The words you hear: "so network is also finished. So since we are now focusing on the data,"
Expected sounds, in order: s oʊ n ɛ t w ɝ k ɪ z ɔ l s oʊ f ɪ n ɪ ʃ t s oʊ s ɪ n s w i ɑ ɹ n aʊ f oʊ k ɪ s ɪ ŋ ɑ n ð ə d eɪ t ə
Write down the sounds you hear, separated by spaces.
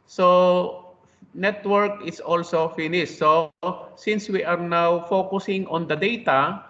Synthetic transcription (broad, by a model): s oʊ n ɛ t w ɝ k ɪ s ɔ l s oʊ f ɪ n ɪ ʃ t s oʊ s ɪ n s w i ɑ ɹ n aʊ f oʊ k ɪ s ɪ ŋ ɑ n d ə d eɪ t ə